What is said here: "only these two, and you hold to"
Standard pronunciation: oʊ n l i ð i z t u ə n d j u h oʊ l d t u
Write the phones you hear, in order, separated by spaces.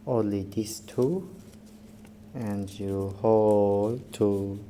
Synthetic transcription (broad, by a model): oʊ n l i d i s t u ə n d j u h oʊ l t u